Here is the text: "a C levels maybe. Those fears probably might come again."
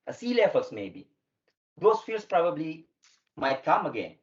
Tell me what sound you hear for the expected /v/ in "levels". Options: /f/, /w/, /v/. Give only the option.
/f/